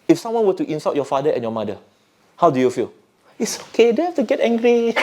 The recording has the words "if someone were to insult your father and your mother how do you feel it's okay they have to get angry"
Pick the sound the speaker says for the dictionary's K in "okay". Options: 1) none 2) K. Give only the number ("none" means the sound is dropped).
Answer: 2